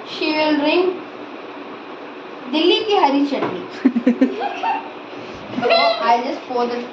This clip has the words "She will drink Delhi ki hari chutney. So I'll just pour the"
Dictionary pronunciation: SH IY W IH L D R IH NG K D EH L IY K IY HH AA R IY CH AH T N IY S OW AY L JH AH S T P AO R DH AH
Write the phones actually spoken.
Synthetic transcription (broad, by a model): SH IY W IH L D R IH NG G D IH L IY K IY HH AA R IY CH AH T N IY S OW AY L JH AH S T F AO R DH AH